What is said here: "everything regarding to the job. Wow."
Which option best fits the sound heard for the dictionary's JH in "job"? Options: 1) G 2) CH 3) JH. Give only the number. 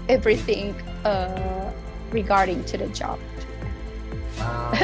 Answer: 3